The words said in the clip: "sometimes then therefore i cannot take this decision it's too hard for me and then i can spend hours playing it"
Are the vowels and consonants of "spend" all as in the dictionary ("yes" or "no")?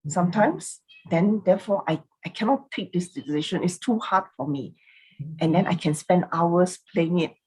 yes